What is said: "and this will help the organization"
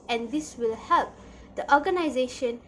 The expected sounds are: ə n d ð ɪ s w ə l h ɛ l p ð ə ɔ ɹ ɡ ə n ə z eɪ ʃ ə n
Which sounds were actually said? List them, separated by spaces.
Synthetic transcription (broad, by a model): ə n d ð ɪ s w ə l h ɛ l p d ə ɔ ɡ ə n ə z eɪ ʃ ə n